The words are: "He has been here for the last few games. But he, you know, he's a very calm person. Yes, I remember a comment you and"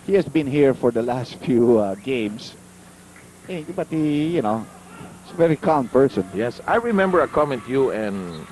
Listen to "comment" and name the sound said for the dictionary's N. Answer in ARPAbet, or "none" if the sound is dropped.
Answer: N